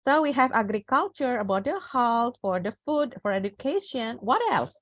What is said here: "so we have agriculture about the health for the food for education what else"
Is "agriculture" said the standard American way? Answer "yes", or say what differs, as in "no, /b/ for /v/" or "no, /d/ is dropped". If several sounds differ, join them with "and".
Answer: yes